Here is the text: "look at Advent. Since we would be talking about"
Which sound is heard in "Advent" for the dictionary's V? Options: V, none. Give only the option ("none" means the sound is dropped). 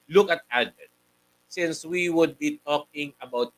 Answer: none